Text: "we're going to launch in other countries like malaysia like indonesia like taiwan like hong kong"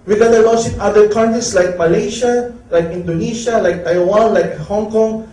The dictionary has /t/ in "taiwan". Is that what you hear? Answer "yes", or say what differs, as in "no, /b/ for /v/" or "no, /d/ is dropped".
yes